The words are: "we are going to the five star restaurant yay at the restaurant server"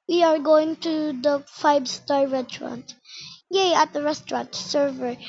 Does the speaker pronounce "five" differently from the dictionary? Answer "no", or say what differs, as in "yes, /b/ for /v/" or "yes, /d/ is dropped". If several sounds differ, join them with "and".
yes, /b/ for /v/